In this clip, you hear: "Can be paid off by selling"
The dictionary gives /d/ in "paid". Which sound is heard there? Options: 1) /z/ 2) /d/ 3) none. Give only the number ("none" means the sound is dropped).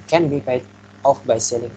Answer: 3